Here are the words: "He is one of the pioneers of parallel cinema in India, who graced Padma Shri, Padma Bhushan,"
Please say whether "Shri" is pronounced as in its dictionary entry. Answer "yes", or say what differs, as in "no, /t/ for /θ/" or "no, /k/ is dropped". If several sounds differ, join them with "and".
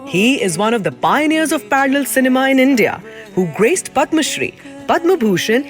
yes